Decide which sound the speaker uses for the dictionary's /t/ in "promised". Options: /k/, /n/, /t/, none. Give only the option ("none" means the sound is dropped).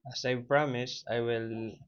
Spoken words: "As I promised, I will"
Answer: none